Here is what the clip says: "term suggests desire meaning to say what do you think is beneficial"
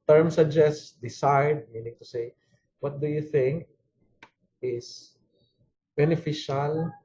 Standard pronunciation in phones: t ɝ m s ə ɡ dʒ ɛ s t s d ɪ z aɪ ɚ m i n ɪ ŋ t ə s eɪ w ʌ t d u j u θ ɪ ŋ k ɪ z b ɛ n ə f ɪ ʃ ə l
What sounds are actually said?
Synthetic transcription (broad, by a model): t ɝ m s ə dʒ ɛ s s d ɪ s aɪ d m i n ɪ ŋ t ə s eɪ w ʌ t d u j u θ ɪ ŋ k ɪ s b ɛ n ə f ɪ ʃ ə l